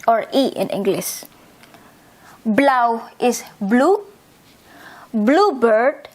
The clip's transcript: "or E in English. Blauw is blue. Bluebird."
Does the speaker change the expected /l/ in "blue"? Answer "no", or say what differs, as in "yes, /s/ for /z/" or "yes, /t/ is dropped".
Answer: no